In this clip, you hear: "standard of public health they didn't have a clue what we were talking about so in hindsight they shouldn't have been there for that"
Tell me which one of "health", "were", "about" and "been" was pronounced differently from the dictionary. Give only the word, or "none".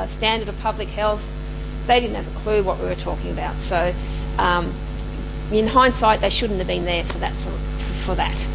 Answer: none